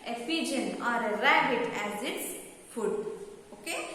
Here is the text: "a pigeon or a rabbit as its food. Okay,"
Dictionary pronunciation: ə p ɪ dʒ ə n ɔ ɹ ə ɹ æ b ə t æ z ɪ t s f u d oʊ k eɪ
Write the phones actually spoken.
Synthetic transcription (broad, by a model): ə f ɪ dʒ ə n ɔ ɹ ə ɹ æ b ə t æ z ɪ t s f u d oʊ k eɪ